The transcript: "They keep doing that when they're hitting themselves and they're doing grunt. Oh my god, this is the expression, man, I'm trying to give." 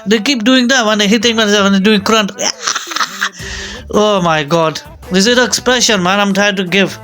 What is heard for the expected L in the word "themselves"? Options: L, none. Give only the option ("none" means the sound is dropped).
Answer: none